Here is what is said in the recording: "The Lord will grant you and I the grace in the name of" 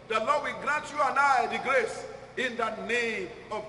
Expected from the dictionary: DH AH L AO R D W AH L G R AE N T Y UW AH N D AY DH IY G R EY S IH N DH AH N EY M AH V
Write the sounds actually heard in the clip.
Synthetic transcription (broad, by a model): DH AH L AO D W AH L G R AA N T Y UW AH N AY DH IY G R EY S IH N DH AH N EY AH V